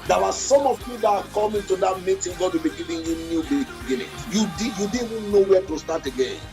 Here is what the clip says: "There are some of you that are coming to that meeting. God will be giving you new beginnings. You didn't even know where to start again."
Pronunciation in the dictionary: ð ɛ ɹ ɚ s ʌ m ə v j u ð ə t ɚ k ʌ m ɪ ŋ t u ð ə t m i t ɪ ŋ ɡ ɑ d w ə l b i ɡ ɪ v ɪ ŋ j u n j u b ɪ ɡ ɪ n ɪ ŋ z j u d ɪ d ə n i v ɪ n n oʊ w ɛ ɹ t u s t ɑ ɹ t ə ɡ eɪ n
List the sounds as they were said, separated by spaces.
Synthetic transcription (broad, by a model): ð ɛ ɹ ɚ s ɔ m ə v j u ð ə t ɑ k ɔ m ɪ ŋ t u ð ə t m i t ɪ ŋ ɡ ɑ d w ə l b i ɡ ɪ v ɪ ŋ j u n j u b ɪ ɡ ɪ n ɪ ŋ j u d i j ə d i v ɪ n n oʊ w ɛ t u s t ɑ t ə ɡ eɪ n